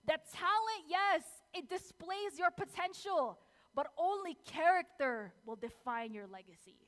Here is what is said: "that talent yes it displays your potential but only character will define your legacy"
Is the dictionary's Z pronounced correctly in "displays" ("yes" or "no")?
yes